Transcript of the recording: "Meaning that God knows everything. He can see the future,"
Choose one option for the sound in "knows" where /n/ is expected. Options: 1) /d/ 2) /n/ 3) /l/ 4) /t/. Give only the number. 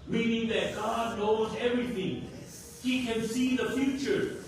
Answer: 2